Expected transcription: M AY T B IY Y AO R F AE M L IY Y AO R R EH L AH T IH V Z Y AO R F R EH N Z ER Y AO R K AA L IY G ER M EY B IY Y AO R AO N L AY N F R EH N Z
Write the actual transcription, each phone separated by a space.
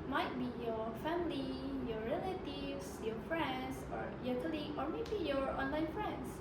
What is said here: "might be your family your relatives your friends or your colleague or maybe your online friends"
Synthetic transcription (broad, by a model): M AY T B IY Y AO F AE M L IY Y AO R R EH L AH T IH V S Y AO F R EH N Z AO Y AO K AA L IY AO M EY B IY Y AO R AO N L AY N F R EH N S